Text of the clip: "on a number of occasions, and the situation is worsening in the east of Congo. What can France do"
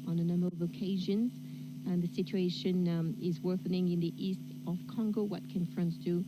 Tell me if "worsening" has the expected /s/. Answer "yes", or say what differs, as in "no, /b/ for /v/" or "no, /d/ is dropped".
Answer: no, /θ/ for /s/